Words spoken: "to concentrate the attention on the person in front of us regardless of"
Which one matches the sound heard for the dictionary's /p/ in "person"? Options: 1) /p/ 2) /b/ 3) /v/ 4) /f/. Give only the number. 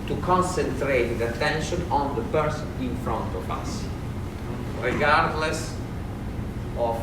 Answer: 2